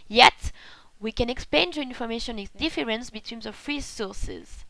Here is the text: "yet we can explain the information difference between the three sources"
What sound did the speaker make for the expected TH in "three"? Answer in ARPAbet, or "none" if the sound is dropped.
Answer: F